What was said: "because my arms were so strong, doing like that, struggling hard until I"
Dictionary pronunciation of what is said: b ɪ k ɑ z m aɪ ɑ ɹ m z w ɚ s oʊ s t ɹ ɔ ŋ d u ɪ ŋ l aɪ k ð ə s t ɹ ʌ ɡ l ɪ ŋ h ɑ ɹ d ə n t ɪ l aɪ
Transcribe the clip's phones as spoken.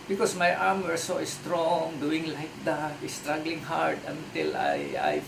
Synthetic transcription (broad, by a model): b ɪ k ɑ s m aɪ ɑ ɹ m w ɚ s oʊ s t ɹ ɔ ŋ d u ɪ ŋ l aɪ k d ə s t ɹ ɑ ɡ l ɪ ŋ h ɑ ɹ d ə n t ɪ l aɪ